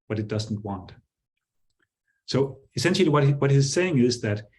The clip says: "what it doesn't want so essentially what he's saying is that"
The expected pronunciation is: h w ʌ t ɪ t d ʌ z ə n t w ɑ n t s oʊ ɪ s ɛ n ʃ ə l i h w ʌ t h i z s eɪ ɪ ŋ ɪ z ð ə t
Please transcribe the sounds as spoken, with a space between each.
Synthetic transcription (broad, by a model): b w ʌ t ɪ t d ʌ z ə n t w ɑ n t s oʊ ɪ s ɛ n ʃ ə w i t w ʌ t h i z s eɪ ɪ ŋ ɪ z ð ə t